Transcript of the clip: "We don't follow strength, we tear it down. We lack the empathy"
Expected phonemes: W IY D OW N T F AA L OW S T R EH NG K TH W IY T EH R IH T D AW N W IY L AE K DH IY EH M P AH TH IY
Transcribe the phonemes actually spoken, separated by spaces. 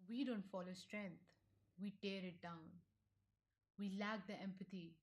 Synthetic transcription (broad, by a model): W IY D OW N T F AA L OW S T R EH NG K T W IY T EH R IH T D AW N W IY L AE K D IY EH M P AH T IY